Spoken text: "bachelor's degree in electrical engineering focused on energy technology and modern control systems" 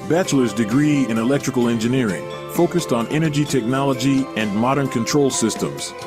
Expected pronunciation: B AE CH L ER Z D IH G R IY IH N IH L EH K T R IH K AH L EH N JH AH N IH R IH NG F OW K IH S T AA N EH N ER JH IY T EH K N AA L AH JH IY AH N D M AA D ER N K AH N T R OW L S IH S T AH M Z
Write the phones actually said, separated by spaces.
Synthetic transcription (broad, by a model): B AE CH L ER Z D IH G R IY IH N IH L EH K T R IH K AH L EH N JH AH N IH R IH NG F OW K IH S T N EH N ER JH IY T EH K N AA L AH JH IY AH N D M AA D ER N K AH N T R OW L S IH S T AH M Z